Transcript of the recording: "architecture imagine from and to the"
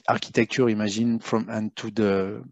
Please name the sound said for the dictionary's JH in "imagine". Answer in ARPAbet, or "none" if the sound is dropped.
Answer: ZH